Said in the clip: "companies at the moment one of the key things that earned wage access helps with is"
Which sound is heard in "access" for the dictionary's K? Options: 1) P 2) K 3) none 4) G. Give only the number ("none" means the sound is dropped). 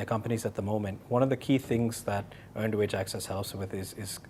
2